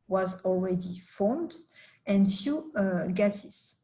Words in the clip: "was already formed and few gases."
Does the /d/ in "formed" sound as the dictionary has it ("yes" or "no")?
yes